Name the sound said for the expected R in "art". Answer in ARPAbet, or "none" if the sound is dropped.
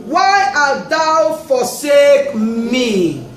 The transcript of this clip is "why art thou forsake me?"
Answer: L